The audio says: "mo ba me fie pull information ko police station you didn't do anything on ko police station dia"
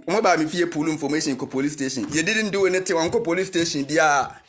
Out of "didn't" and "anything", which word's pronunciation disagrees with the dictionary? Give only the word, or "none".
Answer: anything